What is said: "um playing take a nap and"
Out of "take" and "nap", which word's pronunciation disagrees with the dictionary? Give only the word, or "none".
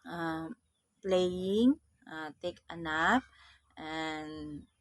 nap